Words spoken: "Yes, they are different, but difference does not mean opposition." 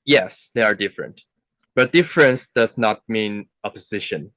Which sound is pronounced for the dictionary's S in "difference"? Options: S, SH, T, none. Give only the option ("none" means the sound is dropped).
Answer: S